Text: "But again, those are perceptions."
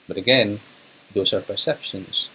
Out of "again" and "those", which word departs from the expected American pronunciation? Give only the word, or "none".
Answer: those